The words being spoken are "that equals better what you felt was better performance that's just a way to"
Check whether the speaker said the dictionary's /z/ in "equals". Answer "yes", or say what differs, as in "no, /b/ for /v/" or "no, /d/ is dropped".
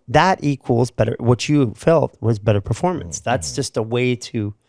yes